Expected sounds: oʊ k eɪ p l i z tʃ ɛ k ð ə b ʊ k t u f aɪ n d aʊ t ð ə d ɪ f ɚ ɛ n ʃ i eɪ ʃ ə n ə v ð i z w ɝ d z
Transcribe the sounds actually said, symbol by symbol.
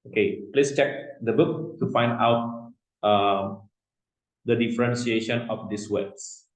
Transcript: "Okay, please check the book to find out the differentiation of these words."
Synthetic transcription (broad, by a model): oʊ k eɪ p l i s tʃ ɛ k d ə b ʊ k t u f aɪ n d aʊ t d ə d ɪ f ɚ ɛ n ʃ i eɪ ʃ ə n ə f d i s w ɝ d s